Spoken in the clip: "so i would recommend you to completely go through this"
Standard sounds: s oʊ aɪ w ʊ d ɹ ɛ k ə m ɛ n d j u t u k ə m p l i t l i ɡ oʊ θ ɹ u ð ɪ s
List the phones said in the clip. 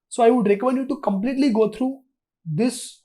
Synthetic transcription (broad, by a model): s oʊ aɪ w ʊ d ɹ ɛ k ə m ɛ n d j u t u k ə m p l i t l i ɡ oʊ t ɹ u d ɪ s